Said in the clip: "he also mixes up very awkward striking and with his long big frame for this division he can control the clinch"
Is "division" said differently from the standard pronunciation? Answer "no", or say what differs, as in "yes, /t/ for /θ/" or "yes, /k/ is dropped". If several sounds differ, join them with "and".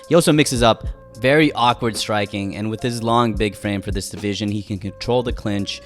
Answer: no